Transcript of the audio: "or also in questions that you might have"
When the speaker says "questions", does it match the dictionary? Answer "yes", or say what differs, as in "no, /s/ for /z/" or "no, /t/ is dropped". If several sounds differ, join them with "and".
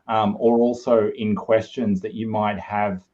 yes